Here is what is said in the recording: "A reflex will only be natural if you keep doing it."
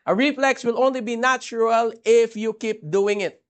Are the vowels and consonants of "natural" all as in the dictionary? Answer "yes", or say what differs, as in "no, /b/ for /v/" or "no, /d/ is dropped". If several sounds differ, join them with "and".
yes